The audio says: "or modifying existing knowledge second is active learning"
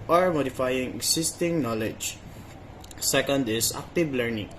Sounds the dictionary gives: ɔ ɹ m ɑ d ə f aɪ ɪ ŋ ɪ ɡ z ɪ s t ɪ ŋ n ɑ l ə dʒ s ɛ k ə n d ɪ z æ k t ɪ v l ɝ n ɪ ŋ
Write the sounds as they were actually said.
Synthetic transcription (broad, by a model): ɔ ɹ m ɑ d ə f aɪ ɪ ŋ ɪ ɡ s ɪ s t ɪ ŋ n ɑ l ə dʒ s ɛ k ə n d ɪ s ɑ k t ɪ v l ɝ n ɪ ŋ